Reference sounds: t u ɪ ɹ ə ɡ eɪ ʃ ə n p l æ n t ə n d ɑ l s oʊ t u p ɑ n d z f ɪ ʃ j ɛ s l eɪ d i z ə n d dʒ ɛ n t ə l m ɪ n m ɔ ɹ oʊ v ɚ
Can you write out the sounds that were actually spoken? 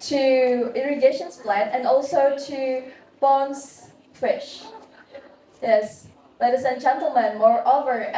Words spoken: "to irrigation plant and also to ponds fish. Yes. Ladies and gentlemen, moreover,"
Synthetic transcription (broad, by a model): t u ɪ ɹ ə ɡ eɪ ʃ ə n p l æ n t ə n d ɑ l s oʊ t u b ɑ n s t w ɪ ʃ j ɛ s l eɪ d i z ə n dʒ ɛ n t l m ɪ n m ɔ ɹ oʊ v ɚ